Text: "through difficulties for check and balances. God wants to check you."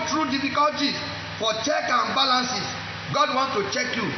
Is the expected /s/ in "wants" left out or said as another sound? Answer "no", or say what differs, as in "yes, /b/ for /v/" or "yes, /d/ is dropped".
yes, /s/ is dropped